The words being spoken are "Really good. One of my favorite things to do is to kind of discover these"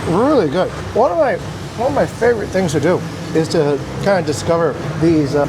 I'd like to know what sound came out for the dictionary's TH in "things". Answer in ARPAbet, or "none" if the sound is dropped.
TH